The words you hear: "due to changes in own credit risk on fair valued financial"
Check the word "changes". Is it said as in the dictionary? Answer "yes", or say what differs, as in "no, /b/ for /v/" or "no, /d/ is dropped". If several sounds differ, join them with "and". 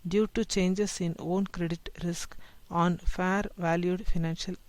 no, /s/ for /z/